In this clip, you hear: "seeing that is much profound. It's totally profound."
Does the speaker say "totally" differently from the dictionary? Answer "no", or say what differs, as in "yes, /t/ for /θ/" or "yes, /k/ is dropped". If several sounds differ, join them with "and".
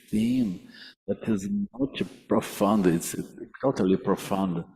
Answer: no